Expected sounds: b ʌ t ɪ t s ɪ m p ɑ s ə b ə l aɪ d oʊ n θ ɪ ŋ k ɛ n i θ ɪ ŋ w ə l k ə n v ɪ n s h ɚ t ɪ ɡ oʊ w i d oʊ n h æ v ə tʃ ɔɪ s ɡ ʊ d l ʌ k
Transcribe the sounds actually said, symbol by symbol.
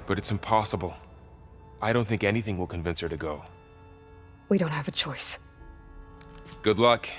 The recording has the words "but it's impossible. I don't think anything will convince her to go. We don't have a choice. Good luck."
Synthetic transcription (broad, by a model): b ʌ t ɪ t s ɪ m p ɑ s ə b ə l aɪ d oʊ n θ ɪ ŋ k ɛ n i θ ɪ ŋ w ə l k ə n v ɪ n s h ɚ t ɪ ɡ oʊ w i d oʊ n h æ v ə tʃ ɔɪ s ɡ ʊ d l ʌ k